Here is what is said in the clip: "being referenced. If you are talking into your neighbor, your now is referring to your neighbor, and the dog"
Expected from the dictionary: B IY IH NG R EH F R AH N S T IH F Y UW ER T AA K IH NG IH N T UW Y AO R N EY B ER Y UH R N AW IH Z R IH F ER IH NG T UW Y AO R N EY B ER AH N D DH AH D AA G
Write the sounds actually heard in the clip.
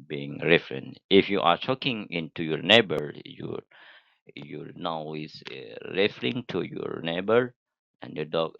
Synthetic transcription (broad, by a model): B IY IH NG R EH F R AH N T IH F Y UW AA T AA K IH NG IH N T UW Y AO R N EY B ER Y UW L N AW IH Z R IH F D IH NG T UW Y AO R N EY B ER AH N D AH D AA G